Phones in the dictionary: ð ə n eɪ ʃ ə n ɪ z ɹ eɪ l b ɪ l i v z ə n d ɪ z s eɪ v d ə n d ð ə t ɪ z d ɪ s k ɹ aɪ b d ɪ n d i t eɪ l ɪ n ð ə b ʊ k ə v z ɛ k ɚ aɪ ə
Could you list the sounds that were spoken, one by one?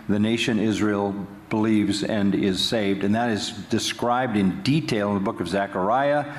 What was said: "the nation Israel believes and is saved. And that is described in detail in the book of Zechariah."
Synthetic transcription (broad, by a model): ð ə n eɪ ʃ ə n ɪ z ɹ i l b ɪ l i v z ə n ɪ z s eɪ v d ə n ð ə t ɪ z d ɪ s k ɹ aɪ b d ɪ n d i t eɪ l ɪ n ð ə b ʊ k ə v z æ k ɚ aɪ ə